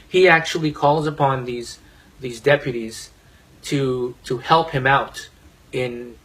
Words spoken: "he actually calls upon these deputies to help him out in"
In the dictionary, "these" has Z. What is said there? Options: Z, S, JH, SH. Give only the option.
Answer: Z